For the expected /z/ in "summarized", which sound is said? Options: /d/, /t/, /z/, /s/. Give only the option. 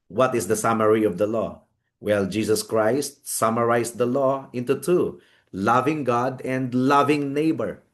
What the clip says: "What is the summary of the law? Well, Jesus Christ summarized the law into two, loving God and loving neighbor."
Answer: /s/